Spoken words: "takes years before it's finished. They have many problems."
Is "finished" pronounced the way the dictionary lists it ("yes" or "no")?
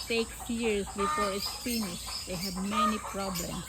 no